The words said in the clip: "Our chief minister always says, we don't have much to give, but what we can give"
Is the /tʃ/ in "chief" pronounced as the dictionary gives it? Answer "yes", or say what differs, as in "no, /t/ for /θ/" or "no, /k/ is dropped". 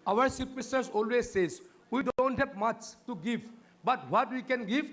no, /s/ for /tʃ/